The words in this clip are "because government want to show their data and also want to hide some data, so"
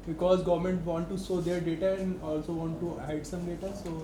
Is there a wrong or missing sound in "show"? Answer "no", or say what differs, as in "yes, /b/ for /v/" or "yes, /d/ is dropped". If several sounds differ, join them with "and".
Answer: yes, /s/ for /ʃ/